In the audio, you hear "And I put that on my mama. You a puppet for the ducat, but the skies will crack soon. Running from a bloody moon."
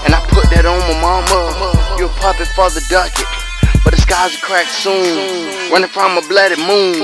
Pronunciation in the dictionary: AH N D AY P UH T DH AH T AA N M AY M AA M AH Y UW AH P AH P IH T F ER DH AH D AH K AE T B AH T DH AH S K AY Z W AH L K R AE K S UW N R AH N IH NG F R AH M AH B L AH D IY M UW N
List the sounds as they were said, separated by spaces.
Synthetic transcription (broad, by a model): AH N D AY P UH T DH AH T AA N M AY M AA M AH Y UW AH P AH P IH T F ER DH AH D AH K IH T B AH T DH AH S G AY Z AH K R AE K S UW N W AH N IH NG F R AH M AH B L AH D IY M UW N